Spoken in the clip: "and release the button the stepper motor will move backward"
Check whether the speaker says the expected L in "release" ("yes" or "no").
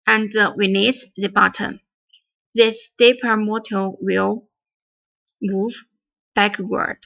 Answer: no